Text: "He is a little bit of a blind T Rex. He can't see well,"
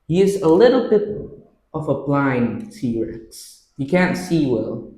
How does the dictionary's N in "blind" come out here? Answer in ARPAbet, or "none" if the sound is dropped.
N